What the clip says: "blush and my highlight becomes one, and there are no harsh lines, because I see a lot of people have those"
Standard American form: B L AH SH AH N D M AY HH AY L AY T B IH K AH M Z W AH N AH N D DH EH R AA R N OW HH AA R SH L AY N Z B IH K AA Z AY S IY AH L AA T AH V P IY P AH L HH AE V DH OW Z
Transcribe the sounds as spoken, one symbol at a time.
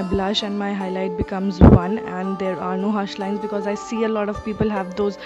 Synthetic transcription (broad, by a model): B L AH SH AH N D M AY HH AY L AY T B IH K AH M Z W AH N AH N D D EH R AA R N OW HH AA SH L AY N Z B IH K AA Z AY S IY AH L AA T AH V P IY P AH L HH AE V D OW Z